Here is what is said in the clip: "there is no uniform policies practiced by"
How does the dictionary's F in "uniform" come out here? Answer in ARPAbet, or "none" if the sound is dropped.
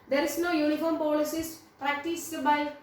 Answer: F